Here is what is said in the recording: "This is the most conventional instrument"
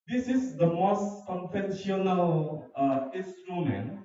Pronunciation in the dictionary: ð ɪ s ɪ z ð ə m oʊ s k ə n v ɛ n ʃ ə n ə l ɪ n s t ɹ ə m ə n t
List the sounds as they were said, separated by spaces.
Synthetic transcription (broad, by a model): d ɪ s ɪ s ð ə m oʊ s k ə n f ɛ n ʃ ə n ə l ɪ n s t ɹ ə m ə n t